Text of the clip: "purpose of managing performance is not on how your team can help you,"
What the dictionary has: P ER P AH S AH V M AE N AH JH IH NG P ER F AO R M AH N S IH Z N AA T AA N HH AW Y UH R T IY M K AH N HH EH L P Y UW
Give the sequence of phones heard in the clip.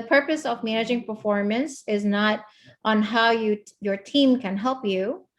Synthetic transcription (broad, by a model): P ER P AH S AH V M AE N AH JH IH NG P ER F AO R M AH N S IH Z N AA T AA N HH AW Y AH R T IY M K AH N HH EH L P Y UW